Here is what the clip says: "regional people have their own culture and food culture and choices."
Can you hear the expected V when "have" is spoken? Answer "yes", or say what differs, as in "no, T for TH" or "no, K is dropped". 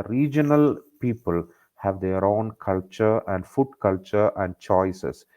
yes